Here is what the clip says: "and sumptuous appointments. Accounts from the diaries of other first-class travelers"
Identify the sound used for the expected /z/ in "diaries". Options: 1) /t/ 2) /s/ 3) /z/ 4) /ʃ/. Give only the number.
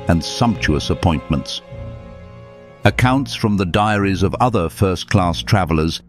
3